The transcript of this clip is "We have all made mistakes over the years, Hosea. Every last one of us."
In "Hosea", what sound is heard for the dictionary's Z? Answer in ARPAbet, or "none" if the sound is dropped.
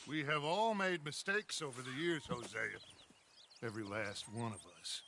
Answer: Z